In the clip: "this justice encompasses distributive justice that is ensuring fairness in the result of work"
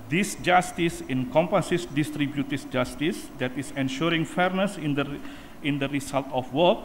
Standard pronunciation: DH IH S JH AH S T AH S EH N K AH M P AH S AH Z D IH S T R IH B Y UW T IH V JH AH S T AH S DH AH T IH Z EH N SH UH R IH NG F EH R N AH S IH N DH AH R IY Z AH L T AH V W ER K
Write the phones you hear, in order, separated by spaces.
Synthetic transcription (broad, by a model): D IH S JH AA S T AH S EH N K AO M P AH S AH S D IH S T R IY B Y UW T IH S JH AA S T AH S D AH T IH S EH N SH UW R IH NG F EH R N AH S IH N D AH R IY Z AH L T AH F W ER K